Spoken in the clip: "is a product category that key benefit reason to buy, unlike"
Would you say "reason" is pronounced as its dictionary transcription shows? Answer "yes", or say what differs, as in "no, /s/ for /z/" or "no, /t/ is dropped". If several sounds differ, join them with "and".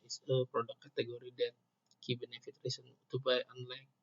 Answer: no, /s/ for /z/